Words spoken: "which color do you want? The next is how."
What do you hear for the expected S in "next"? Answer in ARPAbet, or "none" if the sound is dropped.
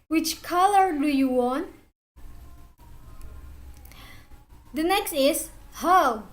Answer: S